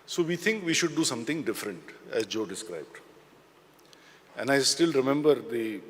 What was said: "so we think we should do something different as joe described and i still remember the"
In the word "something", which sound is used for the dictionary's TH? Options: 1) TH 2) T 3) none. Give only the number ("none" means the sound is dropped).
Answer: 2